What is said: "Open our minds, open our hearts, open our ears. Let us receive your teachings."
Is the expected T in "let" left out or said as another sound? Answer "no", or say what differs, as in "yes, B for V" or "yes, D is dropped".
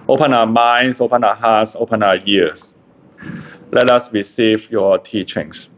no